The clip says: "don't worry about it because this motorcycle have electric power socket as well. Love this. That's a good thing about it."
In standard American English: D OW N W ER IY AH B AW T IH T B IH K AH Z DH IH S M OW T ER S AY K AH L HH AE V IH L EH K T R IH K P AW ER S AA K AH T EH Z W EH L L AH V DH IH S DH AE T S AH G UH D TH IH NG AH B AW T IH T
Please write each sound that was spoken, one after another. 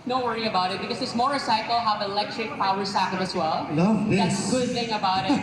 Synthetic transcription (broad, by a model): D OW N W ER IY AH B AW T IH T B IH K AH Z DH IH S M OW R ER S AY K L HH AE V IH L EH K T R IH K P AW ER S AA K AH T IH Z W EH L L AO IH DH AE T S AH G UH D TH IH NG AH B AW T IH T